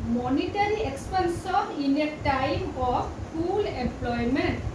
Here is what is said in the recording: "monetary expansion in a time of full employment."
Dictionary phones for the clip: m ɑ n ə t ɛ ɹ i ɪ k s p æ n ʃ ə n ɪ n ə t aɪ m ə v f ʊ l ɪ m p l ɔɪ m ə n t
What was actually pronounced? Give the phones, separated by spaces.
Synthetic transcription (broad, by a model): m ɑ n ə t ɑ ɹ i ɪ k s p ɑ n s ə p ɪ n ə t aɪ m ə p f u l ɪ m p l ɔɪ m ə n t